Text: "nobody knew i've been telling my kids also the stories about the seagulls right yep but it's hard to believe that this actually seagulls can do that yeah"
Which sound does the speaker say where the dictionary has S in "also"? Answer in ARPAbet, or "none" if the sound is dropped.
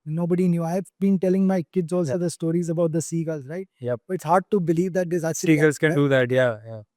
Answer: none